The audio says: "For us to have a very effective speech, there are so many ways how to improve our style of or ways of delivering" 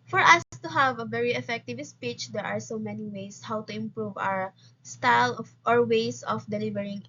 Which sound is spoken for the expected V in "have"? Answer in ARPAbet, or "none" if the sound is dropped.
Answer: V